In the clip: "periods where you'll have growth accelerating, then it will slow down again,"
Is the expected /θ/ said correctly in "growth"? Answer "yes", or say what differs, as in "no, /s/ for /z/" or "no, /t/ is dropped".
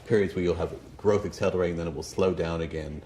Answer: yes